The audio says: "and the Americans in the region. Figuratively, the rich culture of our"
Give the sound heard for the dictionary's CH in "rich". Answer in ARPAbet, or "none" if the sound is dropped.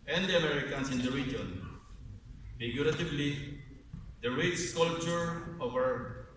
S